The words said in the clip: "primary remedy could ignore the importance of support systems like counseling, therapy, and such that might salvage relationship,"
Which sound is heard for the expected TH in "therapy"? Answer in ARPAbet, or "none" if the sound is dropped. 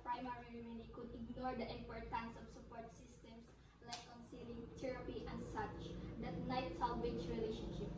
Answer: T